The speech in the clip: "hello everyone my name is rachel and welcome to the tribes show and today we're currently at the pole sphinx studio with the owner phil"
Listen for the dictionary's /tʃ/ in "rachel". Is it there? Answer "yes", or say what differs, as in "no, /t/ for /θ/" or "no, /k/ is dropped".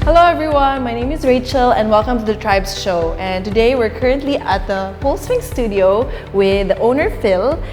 yes